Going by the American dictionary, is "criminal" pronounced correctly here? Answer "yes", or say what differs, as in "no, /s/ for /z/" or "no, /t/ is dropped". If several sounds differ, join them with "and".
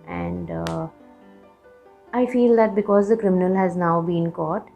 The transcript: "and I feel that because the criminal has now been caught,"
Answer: yes